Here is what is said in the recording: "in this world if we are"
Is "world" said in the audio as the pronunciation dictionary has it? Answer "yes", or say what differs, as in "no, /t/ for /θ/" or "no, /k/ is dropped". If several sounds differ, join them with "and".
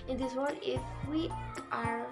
no, /l/ is dropped